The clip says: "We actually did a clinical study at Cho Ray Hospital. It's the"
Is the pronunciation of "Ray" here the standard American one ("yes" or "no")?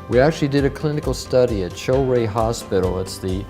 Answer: yes